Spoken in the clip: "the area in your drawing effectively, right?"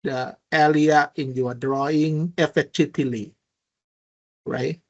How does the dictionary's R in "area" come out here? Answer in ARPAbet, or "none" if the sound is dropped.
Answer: L